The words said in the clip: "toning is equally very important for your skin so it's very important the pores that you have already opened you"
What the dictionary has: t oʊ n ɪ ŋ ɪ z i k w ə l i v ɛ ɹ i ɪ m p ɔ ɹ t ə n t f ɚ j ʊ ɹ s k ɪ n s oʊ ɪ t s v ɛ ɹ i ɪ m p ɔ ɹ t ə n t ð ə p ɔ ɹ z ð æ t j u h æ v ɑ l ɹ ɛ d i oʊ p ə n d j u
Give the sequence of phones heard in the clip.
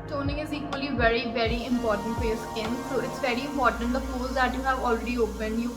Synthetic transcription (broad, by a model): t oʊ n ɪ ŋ ɪ z i k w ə l i v ɛ ɹ i ɪ m p ɔ ɹ t ə n t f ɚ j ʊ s ɪ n s oʊ ɪ t s v ɛ ɹ i ɪ m p ɔ ɹ t ə n t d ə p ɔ l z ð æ t j u h æ v ɑ l ɹ ɛ d i oʊ p ə n d j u